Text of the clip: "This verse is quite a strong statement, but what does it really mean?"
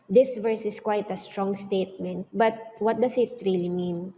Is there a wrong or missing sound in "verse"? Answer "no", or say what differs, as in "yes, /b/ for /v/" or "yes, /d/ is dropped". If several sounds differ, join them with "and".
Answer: no